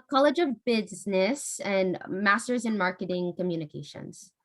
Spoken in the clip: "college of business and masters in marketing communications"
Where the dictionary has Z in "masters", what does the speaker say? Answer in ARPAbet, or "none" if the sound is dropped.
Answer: Z